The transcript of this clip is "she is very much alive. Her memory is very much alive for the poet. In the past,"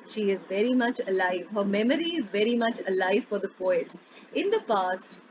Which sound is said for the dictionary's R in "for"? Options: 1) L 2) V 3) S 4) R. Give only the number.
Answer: 4